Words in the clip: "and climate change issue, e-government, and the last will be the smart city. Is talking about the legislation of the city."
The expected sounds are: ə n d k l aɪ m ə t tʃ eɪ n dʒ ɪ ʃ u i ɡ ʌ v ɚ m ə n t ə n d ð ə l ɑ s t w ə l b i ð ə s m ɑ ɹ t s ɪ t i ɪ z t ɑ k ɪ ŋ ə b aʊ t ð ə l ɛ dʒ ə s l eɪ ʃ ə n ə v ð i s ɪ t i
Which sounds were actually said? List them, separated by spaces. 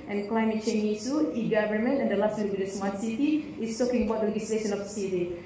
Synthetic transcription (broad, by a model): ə n k l aɪ m ə t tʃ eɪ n i s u i ɡ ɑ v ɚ m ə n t ə n d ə l ɑ s t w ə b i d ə s m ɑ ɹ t s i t i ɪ s t ɑ k ɪ ŋ ə b aʊ t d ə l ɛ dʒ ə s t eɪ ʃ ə n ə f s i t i